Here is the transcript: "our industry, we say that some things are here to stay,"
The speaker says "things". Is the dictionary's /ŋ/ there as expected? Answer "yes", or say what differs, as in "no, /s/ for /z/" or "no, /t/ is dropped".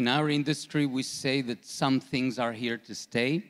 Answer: yes